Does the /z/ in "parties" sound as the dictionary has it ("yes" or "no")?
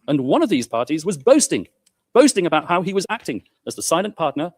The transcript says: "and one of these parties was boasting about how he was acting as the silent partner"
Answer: yes